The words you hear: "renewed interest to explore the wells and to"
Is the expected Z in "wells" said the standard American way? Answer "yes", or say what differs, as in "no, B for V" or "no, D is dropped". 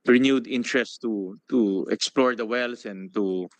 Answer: no, S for Z